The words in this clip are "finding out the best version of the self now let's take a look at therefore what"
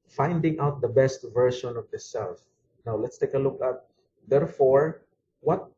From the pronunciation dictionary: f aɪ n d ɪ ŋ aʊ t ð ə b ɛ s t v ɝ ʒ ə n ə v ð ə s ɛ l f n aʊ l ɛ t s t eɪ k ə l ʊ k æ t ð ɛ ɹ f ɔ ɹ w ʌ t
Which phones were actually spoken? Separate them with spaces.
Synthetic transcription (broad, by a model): f aɪ n d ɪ ŋ aʊ t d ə b ɛ s t v ɝ ʃ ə n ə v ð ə s ɛ l f n aʊ l ɛ t s t eɪ k ə l ʊ k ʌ t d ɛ ɹ f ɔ ɹ w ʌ t